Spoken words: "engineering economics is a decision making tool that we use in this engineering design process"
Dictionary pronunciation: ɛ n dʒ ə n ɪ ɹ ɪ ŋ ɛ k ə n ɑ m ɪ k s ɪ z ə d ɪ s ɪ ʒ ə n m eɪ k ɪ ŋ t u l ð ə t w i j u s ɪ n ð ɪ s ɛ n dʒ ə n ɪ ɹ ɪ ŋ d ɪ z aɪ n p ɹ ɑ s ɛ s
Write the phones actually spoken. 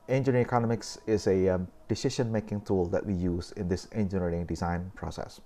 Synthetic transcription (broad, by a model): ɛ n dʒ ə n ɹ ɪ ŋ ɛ k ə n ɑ m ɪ k s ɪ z ə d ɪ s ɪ ʃ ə n m eɪ k ɪ ŋ t u l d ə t w i j u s ɪ n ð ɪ s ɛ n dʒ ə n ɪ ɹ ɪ ŋ d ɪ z aɪ n p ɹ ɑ s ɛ s